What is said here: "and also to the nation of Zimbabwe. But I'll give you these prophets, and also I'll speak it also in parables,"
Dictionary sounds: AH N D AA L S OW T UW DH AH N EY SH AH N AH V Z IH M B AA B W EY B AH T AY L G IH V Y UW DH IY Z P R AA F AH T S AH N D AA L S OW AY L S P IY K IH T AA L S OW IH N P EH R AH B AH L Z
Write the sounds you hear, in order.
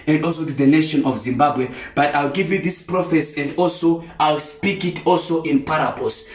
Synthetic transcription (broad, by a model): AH N D AA L S OW T UW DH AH N EY SH AH N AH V Z IH M B AA B W EY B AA T AY L G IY V Y UW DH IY S P R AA F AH S AH N D AA L S OW AY L S P IY K IH T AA L S OW IH N P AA R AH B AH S